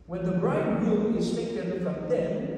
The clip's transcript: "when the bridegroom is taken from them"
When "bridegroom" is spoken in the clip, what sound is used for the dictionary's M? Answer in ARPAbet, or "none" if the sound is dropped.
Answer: none